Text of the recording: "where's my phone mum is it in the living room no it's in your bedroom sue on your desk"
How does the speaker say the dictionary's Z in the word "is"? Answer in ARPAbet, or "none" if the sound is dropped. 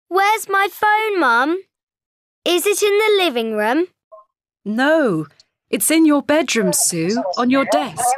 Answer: Z